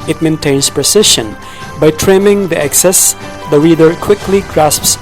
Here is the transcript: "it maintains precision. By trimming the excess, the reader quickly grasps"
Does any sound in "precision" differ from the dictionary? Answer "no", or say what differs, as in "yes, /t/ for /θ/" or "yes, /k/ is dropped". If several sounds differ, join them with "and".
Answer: yes, /ʃ/ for /ʒ/